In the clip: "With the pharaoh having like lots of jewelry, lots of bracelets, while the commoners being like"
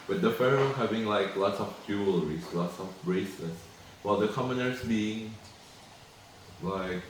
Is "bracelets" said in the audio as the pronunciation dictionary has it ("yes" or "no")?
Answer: no